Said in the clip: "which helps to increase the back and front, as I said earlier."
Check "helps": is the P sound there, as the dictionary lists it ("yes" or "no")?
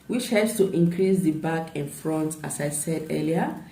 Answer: no